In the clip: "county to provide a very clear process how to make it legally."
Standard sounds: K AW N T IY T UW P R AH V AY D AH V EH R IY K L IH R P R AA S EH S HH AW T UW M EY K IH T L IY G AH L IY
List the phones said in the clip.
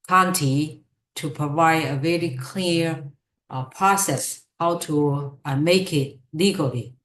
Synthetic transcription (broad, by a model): K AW N T IY T UW P R AH V AY D AH V EH R IY K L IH R P R AA S EH S HH AW T UW M EY K IH T L IY G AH L IY